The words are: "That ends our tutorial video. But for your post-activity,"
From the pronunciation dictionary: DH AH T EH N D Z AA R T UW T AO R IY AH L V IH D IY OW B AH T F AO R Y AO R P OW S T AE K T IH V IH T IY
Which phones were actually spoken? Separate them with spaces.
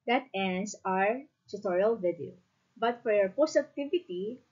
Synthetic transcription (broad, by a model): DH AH T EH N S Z AA R T UW T AO R IY AH L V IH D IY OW B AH T F AO R Y AO R P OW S AE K T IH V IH T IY